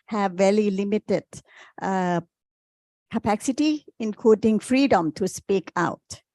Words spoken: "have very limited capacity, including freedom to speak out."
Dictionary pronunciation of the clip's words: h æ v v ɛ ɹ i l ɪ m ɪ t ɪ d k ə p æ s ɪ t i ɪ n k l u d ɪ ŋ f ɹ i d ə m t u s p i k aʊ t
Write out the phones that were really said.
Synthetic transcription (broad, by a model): h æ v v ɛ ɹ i l ɪ m ɪ t ɪ d k ə p æ s ɪ t i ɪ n k u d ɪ ŋ f ɹ i d ə m t u s p i k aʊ t